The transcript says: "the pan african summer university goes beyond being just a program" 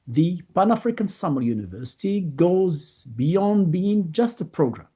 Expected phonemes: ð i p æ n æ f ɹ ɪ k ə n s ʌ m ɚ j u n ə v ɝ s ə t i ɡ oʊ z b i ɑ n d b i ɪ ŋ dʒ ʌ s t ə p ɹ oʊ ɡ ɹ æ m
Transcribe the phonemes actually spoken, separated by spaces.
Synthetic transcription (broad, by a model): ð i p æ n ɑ f ɹ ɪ k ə n s ʌ m ɚ j u n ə v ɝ s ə t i ɡ oʊ z b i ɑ n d b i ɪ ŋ dʒ ʌ s t ə p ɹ oʊ ɡ ɹ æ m